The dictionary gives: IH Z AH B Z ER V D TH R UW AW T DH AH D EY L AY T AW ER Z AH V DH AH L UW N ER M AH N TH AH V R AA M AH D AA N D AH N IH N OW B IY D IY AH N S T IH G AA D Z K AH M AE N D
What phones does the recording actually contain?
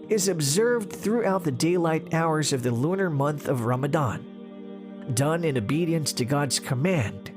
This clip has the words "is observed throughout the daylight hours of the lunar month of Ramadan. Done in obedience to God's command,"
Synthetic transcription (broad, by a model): IH Z AH B Z ER V D TH R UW AW T DH AH D EY L AY T AW ER Z AH V DH AH L UW N ER M AH N TH AH V R AA M AH D AA N D AH N IH N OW B IY D IY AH N S T IH G AA D Z K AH M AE N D